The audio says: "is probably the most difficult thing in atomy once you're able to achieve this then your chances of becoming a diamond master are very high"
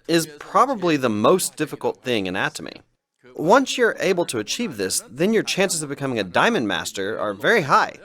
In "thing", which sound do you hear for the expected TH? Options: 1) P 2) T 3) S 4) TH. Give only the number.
4